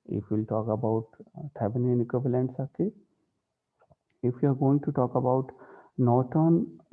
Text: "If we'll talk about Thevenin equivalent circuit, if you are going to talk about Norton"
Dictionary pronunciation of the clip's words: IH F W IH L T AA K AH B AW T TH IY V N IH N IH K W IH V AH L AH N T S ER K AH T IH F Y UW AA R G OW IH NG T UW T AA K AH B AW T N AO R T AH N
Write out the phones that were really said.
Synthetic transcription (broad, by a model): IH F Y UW L T AA K AH B AW T T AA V N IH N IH K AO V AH L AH N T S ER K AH IH F Y UW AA R G OW IH NG T UW T AA K AH B AW T N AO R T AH N